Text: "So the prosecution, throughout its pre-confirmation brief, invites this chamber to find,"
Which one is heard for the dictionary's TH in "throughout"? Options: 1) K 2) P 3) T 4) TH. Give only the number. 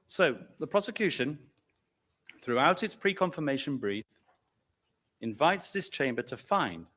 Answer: 4